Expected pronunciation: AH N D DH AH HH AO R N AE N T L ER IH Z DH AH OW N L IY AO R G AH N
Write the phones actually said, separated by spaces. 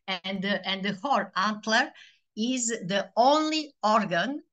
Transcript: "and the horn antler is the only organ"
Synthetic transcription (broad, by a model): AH N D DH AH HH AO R AE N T L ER IH Z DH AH OW N L IY AO R G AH N